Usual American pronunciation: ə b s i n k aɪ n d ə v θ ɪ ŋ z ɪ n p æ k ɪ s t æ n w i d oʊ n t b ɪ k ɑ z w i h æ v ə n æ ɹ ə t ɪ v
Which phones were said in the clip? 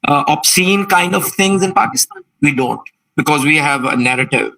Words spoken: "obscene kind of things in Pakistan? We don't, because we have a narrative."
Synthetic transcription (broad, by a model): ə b s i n k aɪ n d ə v t ɪ ŋ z ɪ n p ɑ k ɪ s t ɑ n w i d oʊ n t b ɪ k ɑ z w i h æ v ə n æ ɹ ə t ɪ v